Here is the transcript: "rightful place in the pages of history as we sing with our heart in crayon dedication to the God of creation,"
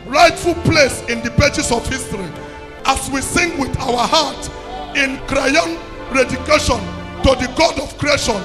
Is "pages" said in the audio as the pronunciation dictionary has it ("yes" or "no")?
no